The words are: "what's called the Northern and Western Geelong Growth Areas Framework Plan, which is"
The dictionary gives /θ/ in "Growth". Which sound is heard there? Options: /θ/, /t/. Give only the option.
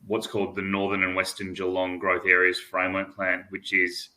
/θ/